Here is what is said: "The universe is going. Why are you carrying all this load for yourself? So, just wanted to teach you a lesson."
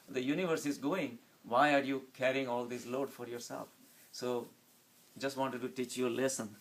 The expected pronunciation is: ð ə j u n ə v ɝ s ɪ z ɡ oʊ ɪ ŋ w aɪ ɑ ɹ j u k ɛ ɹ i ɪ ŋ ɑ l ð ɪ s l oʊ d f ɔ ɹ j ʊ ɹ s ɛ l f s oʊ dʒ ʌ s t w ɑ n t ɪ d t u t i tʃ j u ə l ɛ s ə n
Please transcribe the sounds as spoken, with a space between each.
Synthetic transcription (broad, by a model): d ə j u n ə v ɝ s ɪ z ɡ oʊ ɪ ŋ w aɪ ɑ ɹ j u k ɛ ɹ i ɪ ŋ ɑ l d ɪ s l oʊ d f ɔ ɹ j ʊ ɹ s ɛ l f s oʊ dʒ ʌ s t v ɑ n t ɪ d t u t i tʃ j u ə l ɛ s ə n